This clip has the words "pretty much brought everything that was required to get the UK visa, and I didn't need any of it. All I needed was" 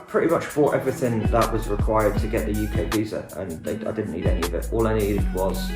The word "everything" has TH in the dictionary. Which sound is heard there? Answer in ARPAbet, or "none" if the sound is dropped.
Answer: TH